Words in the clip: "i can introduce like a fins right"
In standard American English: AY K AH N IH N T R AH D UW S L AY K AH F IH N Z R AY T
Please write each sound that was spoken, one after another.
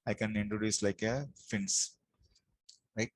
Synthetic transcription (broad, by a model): AY K AH N IH N T R AH D UW S L AY K AH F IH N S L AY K